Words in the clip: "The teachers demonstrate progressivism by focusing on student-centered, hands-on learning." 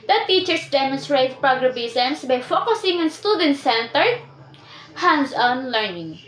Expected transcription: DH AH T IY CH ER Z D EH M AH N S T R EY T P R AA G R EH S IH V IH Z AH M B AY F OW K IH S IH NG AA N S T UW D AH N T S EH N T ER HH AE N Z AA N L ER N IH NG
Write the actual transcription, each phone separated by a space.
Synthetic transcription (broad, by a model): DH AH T IY CH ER S D EH M AH N S T R EY T P R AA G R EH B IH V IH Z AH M B AY F OW K IH S IH NG AA N S T UW D AH N T S EH N T ER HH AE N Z AA N L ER N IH NG